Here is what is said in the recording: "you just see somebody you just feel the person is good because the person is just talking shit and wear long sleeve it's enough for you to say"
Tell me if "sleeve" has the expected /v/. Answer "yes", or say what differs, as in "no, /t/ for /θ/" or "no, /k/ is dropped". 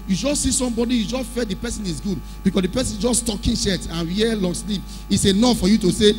no, /p/ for /v/